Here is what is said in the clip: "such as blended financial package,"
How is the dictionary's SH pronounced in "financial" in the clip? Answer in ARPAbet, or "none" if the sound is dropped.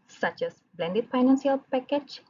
S